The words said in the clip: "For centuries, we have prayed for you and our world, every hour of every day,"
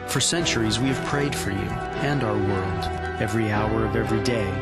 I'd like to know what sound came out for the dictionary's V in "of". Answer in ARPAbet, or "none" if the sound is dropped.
V